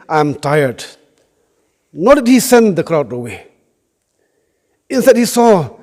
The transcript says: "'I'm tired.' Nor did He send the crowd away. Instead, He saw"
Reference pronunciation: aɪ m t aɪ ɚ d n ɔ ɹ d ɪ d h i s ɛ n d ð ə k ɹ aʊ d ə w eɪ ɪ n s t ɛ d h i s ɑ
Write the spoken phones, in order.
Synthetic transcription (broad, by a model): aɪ m t aɪ ɚ d n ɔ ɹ d ɪ d h i s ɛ n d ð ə k ɹ aʊ d ə w eɪ ɪ n s t ɛ d h i s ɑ